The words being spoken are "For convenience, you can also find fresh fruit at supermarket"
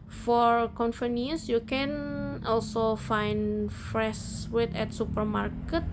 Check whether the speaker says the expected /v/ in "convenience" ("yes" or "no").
no